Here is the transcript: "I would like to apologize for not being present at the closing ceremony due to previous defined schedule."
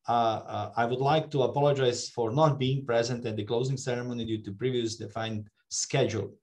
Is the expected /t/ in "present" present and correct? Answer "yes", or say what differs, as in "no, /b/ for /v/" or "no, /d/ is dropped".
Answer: yes